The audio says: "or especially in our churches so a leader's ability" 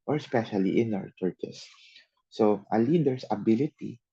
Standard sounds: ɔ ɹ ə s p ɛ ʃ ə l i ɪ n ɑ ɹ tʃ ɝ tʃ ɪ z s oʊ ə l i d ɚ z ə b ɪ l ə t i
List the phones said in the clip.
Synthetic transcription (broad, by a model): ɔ ɹ s p ɛ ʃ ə l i ɪ n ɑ w tʃ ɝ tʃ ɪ s oʊ ə l i d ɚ s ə b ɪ l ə t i